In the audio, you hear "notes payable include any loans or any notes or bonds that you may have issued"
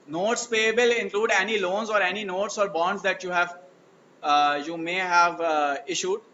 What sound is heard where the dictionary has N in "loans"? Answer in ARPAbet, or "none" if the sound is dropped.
N